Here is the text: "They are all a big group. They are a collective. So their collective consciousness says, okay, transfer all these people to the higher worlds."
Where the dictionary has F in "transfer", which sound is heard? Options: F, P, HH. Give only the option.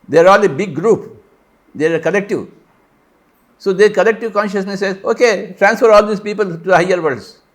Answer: F